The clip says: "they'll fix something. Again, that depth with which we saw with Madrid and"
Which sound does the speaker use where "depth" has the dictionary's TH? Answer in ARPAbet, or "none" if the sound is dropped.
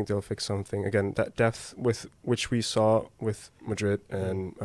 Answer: TH